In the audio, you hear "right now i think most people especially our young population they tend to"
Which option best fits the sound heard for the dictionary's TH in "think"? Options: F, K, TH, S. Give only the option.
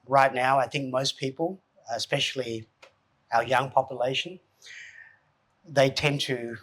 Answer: TH